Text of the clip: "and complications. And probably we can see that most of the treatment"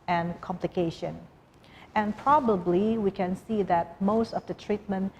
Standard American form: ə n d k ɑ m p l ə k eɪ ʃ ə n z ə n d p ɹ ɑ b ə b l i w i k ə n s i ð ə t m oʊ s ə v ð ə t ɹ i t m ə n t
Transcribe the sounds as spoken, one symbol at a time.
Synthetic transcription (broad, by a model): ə n k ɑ m p l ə k eɪ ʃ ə n ə n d p ɹ ɑ b ə b l i w i k ə n s i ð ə t m oʊ s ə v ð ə t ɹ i t m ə n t